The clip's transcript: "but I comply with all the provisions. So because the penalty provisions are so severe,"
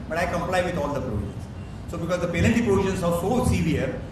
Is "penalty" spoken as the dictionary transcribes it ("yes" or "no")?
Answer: no